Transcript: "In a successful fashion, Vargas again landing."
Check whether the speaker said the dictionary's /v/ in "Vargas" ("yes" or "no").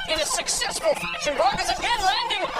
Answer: no